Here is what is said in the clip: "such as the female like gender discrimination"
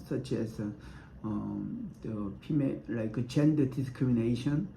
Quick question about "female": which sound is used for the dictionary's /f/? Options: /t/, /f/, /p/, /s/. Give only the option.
/p/